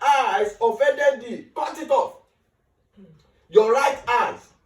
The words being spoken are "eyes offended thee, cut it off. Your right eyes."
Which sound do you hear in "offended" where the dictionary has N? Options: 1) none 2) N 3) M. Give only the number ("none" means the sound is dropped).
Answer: 1